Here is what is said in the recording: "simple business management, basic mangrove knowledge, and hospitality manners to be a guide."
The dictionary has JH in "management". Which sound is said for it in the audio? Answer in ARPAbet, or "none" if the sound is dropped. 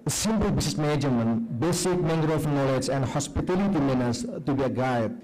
none